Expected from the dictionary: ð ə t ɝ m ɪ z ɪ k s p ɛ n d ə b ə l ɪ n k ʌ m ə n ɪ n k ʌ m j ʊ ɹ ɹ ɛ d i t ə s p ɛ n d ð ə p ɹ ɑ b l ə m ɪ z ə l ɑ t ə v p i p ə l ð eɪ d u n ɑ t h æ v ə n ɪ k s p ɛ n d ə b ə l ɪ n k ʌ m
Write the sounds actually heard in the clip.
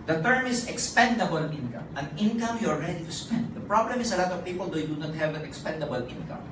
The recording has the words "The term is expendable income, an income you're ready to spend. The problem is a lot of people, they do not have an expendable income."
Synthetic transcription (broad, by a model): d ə t ɝ m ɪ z ɪ k s p ɛ n d ə b ə l ɪ n k ʌ m ə n ɪ n k ʌ m j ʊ l ɹ ɛ d i t ə s p ɛ n d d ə p ɹ ɑ b l ə m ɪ s ə l ɑ t ə v p i p ə l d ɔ d u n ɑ t h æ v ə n ɪ k s p ɛ n d ə b ə l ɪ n k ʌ m